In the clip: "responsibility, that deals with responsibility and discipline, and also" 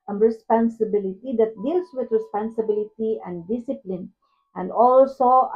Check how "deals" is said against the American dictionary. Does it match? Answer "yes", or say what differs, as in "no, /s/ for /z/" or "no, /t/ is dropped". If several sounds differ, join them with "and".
no, /s/ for /z/